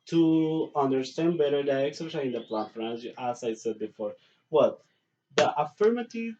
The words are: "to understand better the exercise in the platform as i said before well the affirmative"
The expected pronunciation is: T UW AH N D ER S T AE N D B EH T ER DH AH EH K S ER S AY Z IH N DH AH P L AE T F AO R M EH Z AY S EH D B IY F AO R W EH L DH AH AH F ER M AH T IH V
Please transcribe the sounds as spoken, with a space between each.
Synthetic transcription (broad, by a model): T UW AH N D ER S T AE N D B EH T ER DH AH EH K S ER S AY IH N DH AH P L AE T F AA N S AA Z AY S EH D B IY F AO R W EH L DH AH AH F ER M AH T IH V